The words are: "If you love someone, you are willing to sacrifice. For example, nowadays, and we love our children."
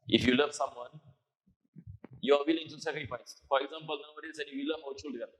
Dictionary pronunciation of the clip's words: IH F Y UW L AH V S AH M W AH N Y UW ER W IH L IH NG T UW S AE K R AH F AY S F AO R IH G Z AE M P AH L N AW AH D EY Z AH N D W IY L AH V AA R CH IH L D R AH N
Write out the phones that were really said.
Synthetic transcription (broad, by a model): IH F Y UW L AH V S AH M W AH N Y UW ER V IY L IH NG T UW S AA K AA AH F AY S F AO R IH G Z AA M P AH L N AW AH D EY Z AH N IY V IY L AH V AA W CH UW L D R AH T